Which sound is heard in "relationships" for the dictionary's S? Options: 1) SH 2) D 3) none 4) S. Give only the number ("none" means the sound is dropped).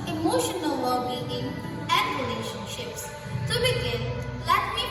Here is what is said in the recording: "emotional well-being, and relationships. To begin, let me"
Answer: 4